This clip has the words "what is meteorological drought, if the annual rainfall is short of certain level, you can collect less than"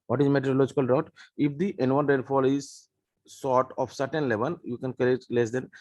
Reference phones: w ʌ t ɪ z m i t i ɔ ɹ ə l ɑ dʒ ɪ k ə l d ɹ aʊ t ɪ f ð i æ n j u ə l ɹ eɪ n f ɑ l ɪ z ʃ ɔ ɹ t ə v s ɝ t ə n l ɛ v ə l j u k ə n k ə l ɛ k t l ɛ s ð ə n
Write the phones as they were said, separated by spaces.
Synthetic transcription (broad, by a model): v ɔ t ɪ z m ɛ t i ɹ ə l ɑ dʒ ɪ k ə l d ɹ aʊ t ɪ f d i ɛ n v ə n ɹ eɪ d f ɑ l ɪ z s ɔ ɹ t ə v s ɝ t ə n l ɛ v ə n j u k ə n k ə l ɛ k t l ɛ s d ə n